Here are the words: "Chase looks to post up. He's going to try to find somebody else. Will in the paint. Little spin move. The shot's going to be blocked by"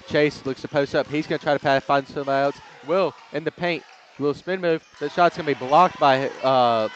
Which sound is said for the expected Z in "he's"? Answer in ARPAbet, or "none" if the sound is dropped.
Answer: Z